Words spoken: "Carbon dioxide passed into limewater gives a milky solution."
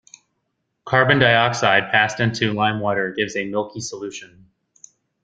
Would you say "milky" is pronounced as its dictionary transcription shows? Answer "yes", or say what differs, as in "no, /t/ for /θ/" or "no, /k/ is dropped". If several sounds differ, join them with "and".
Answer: yes